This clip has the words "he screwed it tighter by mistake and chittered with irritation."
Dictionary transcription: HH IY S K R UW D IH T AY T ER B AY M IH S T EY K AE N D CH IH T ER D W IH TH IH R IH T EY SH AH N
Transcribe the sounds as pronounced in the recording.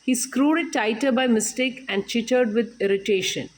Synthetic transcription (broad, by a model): HH IY S K R UW D IH T AY T ER B AY M IH S T EY K AE N D CH IH T ER D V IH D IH R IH T EY SH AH N